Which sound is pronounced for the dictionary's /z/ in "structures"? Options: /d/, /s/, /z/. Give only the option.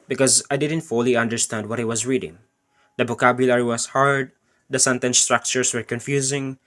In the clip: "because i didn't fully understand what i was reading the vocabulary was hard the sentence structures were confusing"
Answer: /s/